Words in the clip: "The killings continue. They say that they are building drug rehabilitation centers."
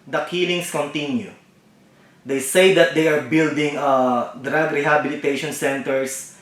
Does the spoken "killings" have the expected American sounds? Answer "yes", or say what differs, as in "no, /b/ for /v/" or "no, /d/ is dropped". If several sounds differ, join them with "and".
no, /s/ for /z/